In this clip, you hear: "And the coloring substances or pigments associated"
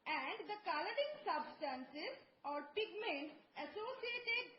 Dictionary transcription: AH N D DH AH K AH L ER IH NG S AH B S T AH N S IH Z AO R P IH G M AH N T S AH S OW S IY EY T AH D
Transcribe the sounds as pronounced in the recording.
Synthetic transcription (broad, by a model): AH N D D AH K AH L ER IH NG S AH B S T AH N S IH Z AO R P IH G M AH N T AH S OW S IY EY T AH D